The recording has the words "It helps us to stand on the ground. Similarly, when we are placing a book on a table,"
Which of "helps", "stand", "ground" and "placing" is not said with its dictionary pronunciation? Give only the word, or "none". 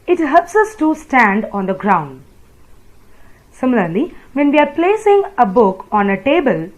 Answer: none